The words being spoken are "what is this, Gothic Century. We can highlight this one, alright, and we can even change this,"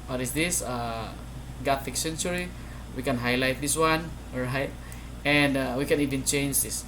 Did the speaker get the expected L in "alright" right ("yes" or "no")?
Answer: no